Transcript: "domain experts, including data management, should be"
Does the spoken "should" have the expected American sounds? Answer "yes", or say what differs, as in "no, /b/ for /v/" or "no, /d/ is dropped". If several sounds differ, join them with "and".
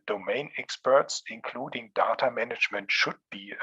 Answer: yes